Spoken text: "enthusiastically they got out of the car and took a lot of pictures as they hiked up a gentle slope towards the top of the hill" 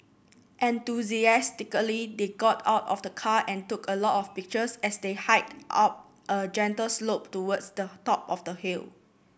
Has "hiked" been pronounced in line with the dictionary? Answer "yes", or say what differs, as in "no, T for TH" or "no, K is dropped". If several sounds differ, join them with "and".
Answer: no, K is dropped